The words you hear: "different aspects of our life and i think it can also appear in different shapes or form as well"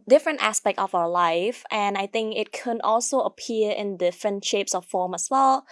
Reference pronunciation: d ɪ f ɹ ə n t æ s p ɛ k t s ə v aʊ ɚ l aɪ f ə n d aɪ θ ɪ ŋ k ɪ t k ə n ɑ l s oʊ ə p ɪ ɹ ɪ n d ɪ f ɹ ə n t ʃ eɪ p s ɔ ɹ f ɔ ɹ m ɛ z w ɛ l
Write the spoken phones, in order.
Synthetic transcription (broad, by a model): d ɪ f ɹ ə n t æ s p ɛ k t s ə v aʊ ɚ l aɪ f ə n aɪ θ ɪ ŋ k ɪ t k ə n ɑ l s oʊ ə p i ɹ ɪ n d ɪ f ɹ ə n t ʃ eɪ p s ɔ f f ɔ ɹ m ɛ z w ɛ l